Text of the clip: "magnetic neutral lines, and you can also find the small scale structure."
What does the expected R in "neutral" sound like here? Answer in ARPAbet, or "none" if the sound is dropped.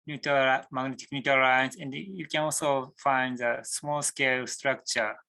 none